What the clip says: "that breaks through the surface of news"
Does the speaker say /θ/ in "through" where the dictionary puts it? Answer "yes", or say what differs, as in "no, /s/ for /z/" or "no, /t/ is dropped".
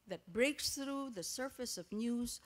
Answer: yes